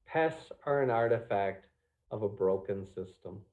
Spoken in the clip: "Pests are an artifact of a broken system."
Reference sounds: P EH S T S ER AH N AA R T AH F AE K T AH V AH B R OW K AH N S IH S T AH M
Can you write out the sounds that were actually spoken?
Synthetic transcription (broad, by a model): P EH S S ER AH N AA R T AH F AE K T AH V AH B R OW K AH N S IH S T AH M